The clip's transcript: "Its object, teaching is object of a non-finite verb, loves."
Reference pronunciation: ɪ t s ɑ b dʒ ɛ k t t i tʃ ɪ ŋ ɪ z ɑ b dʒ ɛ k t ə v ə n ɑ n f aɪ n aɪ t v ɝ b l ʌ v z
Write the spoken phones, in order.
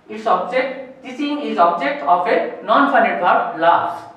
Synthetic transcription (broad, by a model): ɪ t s ɑ b dʒ ɛ k t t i s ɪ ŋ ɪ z ɑ b dʒ ɛ k t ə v ə n ɑ n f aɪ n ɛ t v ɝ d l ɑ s